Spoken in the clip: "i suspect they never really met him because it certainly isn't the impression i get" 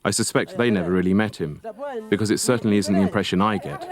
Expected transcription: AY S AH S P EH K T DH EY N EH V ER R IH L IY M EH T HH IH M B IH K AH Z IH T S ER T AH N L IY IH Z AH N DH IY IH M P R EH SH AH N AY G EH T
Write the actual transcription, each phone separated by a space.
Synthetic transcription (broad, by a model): AY S AH S P EH K T DH EY N EH V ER R IH L IY M EH T HH IH M B IH K AH Z IH T S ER T N L IY IH Z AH N DH IY IH M P R EH SH AH N AY G EH T